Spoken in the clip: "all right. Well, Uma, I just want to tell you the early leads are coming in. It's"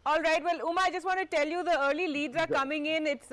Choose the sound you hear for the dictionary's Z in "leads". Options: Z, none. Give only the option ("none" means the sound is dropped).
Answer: none